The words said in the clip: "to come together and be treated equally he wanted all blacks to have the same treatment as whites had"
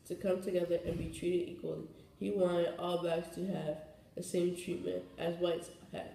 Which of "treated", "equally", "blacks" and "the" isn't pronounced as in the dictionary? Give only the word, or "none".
blacks